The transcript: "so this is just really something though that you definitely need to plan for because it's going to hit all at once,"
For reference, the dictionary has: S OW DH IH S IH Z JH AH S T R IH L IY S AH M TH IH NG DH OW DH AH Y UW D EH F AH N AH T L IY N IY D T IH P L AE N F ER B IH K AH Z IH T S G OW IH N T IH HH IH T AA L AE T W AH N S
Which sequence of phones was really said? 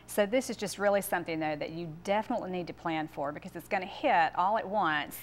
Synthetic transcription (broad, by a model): S OW DH IH S IH Z JH AH S T R IH L IY S AH M TH IH NG DH OW DH AH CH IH D EH F AH N AH T L IY N IY D T IH P L AE N F ER B IH K AH Z IH T S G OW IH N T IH HH IH T AA L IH T W AH N S